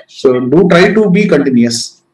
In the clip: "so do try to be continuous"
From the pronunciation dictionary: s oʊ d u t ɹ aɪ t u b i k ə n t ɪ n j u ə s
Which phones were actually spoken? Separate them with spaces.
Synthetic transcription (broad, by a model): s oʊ d u t ɹ aɪ t u b i k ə n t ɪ n j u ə s